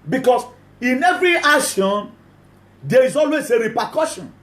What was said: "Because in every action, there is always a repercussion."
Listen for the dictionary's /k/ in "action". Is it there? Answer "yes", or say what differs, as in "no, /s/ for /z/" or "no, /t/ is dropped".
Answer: no, /k/ is dropped